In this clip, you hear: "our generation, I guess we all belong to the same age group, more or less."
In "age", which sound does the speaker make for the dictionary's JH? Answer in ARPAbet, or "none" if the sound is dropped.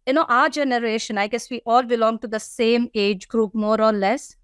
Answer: JH